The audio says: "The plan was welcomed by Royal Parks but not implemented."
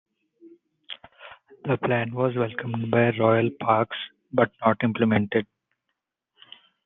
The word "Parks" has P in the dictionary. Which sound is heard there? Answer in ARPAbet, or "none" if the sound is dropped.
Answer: P